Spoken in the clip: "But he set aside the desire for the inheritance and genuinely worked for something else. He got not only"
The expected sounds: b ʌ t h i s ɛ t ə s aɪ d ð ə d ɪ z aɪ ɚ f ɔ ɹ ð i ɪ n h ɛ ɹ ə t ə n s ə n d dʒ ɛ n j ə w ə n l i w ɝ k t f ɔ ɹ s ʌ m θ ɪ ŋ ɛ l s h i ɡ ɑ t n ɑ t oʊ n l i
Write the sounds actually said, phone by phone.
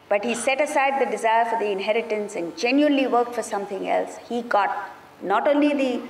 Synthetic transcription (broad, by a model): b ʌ t h i s ɛ t ə s aɪ d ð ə d ɪ z aɪ ɚ f ɔ ɹ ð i ɪ n h ɛ ɹ ə t ə n s ə n d dʒ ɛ n j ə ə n l i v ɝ k t f ɔ ɹ s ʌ m t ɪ ŋ ɛ l s h i ɡ ɑ t n ɑ t oʊ n l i